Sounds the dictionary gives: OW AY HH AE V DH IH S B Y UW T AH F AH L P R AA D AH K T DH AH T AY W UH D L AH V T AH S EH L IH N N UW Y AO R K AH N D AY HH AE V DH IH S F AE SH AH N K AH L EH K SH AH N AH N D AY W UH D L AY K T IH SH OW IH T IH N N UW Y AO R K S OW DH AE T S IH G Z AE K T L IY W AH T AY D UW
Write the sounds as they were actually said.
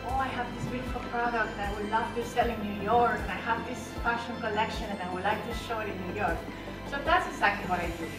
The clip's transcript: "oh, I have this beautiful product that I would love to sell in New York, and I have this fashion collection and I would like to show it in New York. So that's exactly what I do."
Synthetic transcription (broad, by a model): OW AY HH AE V DH IH S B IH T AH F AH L P R AA D AH K T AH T AY W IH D N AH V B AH S EH L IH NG N UW Y AO R K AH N AY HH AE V DH IH S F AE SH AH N K AH L EH K SH AH N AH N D AY W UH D L AY K T IH SH OW IH T IH N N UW Y AO R K S OW DH AE T S IH G Z AE K T L IY W AH T AY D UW